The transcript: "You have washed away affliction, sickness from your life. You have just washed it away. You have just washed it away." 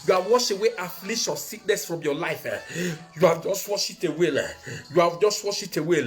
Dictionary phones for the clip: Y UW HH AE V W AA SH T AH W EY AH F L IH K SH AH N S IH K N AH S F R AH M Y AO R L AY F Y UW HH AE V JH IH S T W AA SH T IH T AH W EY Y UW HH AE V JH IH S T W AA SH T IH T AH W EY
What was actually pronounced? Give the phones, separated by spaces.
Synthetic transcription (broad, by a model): Y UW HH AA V W AA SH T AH W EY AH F L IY SH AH S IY K N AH S F R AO M Y AO L AY F Y UW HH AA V JH IH S T W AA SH IH T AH W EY Y UW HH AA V JH IH S T W AA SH IH T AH W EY